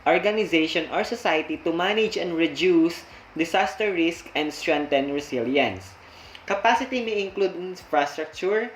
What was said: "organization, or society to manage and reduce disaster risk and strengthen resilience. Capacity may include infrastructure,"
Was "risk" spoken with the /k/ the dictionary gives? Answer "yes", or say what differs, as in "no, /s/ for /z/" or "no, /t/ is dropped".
yes